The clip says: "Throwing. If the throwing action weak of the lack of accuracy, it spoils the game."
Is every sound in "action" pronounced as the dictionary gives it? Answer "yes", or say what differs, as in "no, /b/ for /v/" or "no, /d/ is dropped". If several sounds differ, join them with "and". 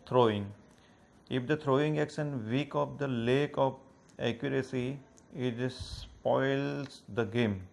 no, /s/ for /ʃ/